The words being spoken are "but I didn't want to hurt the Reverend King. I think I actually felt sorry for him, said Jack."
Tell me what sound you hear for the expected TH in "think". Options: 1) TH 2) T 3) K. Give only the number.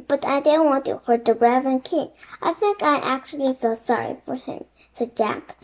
1